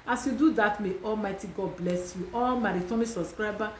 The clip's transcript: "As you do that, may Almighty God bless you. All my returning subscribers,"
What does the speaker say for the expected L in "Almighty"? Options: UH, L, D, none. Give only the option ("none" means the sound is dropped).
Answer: L